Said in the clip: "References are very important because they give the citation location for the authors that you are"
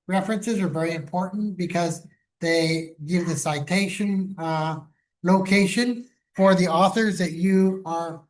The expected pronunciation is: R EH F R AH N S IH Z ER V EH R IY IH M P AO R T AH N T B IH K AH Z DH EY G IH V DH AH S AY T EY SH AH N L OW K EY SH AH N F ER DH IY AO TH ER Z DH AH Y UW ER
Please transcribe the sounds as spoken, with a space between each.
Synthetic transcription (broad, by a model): R EH F R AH N S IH Z ER V EH R IY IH M P AO R T N B IH K AH Z DH EY G IH V DH AH S AY T EY SH AH N L OW K EY SH AH N F ER DH IY AO TH ER Z DH AH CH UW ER